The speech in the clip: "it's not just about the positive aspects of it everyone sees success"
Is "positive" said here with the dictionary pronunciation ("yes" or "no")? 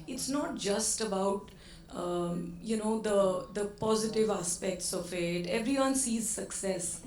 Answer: yes